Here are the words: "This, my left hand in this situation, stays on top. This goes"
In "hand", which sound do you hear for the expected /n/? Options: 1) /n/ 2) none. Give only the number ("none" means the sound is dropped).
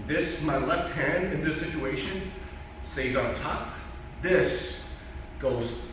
1